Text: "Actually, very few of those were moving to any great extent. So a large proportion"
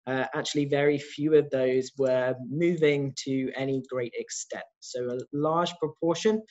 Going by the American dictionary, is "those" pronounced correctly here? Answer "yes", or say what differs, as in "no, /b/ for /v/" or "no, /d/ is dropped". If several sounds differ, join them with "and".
yes